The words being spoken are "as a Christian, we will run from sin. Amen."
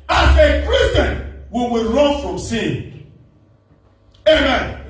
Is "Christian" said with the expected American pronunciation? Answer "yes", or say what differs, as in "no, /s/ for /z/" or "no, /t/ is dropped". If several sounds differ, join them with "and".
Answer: no, /tʃ/ is dropped